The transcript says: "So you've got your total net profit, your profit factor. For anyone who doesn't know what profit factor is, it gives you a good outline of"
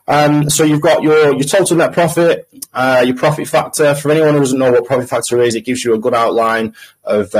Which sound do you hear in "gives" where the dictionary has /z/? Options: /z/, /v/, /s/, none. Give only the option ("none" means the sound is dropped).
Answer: /z/